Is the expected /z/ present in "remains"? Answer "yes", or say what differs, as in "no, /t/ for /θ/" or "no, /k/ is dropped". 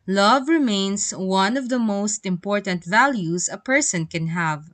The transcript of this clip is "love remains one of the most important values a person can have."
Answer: no, /s/ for /z/